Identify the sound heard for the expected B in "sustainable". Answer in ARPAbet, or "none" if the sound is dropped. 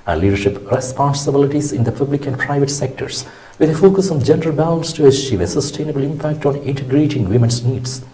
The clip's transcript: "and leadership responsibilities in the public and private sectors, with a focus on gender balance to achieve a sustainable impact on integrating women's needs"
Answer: B